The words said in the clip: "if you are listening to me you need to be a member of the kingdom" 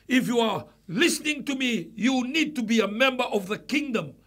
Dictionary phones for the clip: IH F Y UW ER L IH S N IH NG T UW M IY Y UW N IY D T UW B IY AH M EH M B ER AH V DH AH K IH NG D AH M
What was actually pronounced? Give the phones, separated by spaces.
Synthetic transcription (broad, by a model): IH F Y UW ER L IH S N IH NG T UW M IY Y UW N IY D T UW B IY AH M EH M B ER AH V DH AH K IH NG D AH M